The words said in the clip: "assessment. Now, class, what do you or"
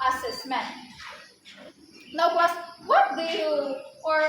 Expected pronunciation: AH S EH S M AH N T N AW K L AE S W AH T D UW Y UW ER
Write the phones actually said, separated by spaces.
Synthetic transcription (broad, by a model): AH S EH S M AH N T N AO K W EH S W AH T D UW Y UW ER